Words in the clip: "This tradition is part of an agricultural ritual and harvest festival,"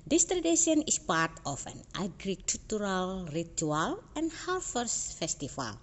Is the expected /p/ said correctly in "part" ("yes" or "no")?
yes